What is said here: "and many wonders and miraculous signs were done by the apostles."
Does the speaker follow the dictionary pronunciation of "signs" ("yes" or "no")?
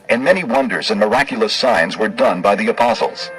yes